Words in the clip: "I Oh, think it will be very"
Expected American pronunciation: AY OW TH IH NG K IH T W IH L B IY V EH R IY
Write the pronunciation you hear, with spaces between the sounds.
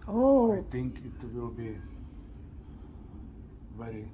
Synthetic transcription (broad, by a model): OW T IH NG K IH T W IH L B IY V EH R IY